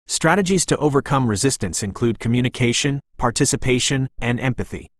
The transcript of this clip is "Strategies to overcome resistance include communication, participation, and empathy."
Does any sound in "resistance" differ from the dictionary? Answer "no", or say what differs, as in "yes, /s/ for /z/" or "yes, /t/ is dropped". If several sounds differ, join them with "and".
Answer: no